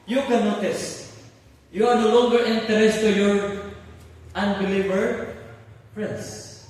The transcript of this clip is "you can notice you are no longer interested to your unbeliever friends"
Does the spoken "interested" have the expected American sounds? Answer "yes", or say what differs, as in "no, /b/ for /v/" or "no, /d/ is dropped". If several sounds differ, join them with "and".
no, /ɹ/ is dropped and /s/ is dropped